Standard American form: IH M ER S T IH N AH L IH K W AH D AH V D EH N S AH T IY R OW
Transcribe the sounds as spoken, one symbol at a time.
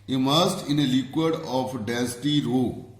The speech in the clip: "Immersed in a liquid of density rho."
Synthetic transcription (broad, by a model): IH M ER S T IH N AH L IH K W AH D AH F D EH S T IY R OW